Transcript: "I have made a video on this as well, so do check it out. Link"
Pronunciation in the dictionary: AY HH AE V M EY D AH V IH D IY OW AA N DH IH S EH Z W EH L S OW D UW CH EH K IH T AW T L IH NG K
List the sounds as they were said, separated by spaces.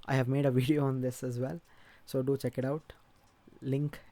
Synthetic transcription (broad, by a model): AY HH AE V M EY D AH V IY D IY OW AA N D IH S EH Z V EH L S OW D UW CH EH K IH T AW T L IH NG K